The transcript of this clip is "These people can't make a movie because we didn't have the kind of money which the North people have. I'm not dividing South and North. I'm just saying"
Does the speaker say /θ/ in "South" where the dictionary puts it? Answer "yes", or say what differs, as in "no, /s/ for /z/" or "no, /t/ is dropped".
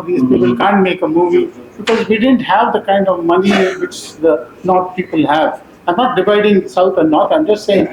no, /t/ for /θ/